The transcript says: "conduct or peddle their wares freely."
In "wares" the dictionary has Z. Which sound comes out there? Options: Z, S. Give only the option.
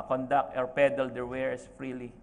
S